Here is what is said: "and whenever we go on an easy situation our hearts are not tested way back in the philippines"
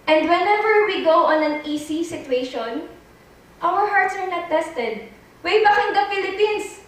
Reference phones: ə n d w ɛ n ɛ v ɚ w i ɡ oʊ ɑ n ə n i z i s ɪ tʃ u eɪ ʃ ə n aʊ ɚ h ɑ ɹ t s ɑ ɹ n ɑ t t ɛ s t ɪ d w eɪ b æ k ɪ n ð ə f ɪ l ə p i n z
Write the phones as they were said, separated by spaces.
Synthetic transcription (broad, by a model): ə n d w ɛ n ɛ v ɚ w i ɡ oʊ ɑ n ə n i s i s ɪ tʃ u eɪ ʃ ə n aʊ ɚ h ɑ ɹ t s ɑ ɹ n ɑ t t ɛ s t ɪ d w eɪ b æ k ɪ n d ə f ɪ l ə p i n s